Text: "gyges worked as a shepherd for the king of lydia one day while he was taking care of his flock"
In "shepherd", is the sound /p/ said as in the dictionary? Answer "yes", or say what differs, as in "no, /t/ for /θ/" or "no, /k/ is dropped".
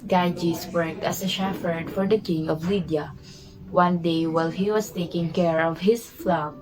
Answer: no, /f/ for /p/